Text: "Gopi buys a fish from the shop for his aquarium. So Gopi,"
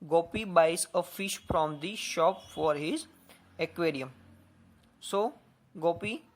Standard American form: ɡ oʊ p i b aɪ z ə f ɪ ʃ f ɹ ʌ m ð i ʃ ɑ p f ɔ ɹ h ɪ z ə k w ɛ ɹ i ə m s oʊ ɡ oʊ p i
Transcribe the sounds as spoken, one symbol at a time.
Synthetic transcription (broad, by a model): ɡ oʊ p i b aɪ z ə f ɪ ʃ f ɹ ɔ m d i ʃ ɑ p f ɔ ɹ h ɪ z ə k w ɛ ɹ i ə m s oʊ ɡ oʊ p i